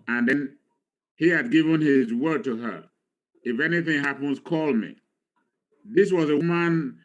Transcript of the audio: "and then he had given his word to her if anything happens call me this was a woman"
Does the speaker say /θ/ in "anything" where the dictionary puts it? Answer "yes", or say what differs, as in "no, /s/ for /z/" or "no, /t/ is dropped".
yes